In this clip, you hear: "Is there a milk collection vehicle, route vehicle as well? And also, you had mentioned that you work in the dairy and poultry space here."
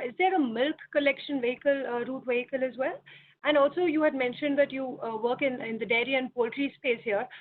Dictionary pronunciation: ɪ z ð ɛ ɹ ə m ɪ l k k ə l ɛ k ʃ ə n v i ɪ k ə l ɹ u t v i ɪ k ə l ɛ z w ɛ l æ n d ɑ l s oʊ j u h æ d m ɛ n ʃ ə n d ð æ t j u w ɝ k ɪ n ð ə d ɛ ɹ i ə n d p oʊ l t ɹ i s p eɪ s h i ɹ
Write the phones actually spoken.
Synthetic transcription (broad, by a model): ɪ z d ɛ ɹ ə m ɪ l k k ə l ɛ k ʃ ə n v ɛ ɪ k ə l ɹ u t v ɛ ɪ k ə l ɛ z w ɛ l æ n d ɑ l s oʊ j u h æ d m ɛ n ʃ ə n d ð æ t j u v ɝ k ɪ n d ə d ɛ ɹ i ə n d p oʊ l t ɹ i s p eɪ s h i ɹ